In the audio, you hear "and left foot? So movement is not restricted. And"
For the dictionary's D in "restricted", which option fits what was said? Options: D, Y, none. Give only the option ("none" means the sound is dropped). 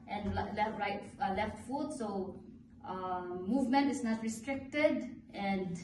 D